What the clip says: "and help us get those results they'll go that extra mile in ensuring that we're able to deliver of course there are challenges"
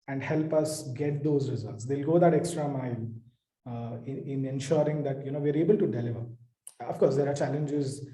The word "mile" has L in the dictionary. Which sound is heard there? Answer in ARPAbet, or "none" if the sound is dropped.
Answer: N